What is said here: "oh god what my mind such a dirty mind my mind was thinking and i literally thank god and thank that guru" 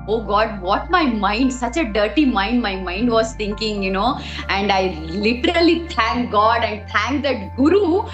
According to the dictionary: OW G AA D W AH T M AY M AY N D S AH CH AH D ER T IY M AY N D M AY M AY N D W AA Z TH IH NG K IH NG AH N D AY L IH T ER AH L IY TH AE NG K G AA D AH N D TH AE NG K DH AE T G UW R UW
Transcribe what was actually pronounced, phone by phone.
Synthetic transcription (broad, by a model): OW G AA D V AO T M AY M AY N D S AH CH AH D ER T IY M AY N D M AY M AY N D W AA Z T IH NG K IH NG AH N D AY L IH T ER AH L IY T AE NG K G AA D AH N D T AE NG K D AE T G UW R UW